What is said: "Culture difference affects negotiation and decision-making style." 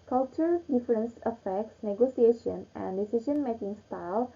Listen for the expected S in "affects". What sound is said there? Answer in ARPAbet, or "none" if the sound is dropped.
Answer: S